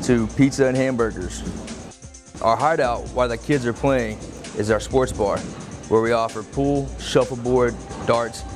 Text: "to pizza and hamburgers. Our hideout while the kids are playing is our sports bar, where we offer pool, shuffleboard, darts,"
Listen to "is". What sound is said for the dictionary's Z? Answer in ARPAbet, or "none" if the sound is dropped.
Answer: Z